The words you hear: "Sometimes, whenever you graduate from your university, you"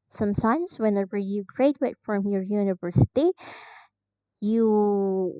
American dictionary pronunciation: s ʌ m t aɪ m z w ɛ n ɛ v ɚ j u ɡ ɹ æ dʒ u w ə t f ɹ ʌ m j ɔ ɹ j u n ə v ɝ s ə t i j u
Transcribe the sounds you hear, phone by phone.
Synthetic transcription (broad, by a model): s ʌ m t aɪ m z w ɛ n ɛ v ɚ j u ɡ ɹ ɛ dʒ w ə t f ɹ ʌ m j ɔ ɹ j u n ə v ɝ s ə t i j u